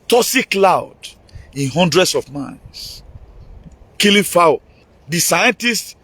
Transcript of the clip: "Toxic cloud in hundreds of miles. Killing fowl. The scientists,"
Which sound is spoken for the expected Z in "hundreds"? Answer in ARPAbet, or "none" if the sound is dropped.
S